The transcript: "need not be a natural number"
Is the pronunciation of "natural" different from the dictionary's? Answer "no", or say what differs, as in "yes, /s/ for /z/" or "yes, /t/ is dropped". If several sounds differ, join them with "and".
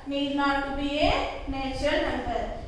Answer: yes, /ɹ/ is dropped